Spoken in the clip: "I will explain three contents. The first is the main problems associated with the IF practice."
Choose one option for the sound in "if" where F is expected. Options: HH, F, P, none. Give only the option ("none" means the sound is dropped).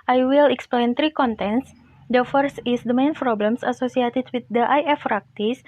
F